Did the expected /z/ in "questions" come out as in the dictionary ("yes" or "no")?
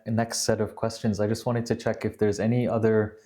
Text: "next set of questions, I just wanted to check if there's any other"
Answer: yes